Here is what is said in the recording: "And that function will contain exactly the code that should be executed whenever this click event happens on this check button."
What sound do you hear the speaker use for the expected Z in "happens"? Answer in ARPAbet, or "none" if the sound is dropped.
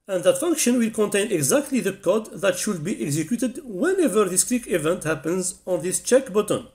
Z